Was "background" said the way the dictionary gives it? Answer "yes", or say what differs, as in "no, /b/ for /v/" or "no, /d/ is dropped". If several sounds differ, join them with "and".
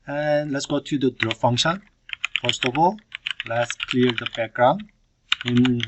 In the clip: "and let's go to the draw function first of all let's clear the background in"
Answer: no, /d/ is dropped